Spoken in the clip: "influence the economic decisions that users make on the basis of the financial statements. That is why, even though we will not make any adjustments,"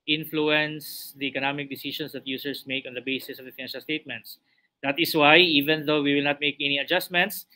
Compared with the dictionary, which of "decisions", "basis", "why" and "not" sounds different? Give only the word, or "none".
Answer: decisions